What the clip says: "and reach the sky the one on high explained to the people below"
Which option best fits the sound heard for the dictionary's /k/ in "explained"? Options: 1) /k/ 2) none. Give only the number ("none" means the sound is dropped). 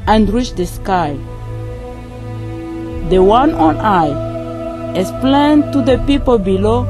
2